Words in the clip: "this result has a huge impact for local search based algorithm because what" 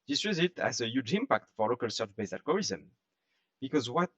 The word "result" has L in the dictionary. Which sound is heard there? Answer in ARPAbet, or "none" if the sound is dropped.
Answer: none